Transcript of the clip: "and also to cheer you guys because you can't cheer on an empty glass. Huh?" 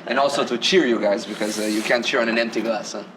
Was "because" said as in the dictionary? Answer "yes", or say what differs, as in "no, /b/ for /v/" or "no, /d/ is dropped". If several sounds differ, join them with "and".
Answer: yes